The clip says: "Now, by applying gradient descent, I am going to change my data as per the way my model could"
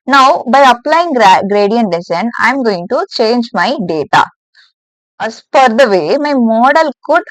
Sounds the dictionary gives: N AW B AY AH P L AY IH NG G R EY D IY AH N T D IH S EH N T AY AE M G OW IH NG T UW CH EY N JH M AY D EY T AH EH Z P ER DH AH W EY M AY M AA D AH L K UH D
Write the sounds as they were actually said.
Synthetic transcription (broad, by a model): N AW B AY AH P L AY IH NG G R EY D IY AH N T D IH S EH N AY M G OW IH NG T UW CH EY N JH M AY D EY T AH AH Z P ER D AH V EY M AY M AA D AH L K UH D